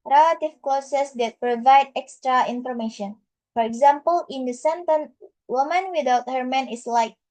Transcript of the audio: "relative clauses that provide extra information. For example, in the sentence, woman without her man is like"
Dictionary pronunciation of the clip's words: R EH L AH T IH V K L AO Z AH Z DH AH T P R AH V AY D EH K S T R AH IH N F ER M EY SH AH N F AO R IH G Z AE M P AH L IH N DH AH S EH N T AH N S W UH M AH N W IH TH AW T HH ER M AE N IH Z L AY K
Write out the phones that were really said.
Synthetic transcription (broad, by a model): R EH L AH T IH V K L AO S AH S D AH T P R AH V AY D EH K S T R AH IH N F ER M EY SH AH N F AO R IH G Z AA M P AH L IH N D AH S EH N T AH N W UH M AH N W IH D AW T HH ER M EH N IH S L AY K